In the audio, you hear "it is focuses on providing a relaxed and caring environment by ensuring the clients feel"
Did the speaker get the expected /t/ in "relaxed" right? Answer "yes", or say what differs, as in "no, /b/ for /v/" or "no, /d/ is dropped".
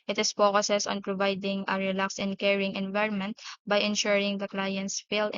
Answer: no, /t/ is dropped